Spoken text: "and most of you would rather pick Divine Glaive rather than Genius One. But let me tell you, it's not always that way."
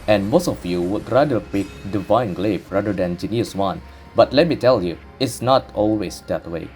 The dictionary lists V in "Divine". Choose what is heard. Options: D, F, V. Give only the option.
V